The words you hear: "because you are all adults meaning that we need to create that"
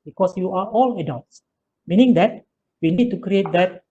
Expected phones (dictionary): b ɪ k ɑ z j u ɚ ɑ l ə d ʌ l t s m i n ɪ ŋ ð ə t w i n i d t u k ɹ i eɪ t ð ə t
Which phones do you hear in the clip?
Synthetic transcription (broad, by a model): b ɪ k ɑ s j u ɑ ɑ l ə d ʌ l t s m i n ɪ ŋ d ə t w i n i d t u k ɹ i eɪ t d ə t